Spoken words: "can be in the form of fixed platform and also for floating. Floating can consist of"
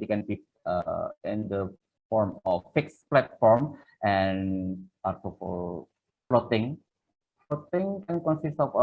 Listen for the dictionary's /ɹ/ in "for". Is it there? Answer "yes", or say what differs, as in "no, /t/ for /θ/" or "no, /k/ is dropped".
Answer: no, /l/ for /ɹ/